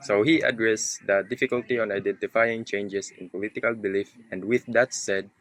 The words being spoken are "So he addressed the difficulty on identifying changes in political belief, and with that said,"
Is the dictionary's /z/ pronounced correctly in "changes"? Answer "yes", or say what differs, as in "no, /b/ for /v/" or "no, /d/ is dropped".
no, /s/ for /z/